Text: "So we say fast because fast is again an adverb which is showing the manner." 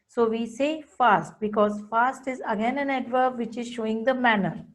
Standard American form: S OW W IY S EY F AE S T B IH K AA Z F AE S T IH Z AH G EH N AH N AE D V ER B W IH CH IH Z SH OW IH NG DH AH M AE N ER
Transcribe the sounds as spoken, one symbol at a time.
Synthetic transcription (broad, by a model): S OW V IY S EY F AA S T B IH K AA Z F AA S T IH Z AH G EH N AH N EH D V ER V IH CH IH Z SH OW IH NG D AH M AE N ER